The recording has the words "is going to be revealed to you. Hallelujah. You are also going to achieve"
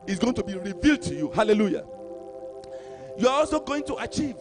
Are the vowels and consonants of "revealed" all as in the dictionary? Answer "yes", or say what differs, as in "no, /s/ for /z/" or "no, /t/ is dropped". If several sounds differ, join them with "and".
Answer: yes